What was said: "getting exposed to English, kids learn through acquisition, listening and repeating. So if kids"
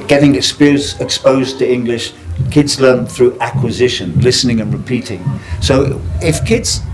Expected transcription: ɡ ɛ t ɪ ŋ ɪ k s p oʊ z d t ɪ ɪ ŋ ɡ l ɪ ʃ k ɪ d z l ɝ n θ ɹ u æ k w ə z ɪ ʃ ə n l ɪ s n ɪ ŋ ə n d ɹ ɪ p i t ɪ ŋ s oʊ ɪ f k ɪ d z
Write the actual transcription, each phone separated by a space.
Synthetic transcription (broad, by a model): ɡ ɛ t ɪ ŋ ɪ k s p oʊ z t ɪ ɪ ŋ ɡ l ɪ ʃ k ɪ d z l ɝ n θ ɹ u æ k w ə z ɪ ʃ ə n l ɪ s n ɪ ŋ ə n ɹ ɪ p i t ɪ ŋ s oʊ ɪ f k ɪ d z